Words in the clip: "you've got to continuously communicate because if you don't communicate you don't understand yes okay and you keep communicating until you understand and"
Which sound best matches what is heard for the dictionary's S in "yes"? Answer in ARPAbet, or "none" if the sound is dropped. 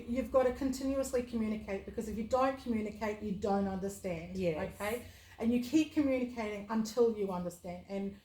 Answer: none